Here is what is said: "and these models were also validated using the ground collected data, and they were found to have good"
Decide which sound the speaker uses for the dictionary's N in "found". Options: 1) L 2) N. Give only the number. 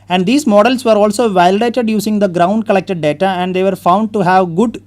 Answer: 2